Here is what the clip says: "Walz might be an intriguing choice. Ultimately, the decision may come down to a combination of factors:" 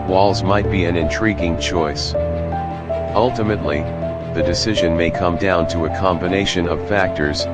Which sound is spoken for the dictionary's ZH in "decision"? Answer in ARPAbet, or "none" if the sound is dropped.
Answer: ZH